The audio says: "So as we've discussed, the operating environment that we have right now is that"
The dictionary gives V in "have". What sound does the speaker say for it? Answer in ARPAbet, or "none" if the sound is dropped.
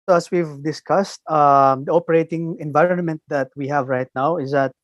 V